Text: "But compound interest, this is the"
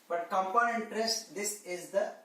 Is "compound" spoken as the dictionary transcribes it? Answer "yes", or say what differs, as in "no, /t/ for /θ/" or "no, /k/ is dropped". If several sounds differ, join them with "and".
no, /d/ is dropped